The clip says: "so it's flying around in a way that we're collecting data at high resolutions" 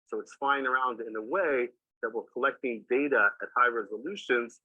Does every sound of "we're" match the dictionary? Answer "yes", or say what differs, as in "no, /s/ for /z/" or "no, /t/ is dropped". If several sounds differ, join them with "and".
no, /l/ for /ɹ/